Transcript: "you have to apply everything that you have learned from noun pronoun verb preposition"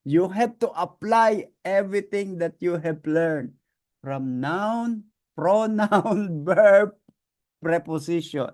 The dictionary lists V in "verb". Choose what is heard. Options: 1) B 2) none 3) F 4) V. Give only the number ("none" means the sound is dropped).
1